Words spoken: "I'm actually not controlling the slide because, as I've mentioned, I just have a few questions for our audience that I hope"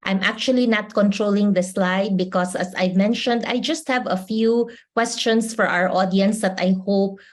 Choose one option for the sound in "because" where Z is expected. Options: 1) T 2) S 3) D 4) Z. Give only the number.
2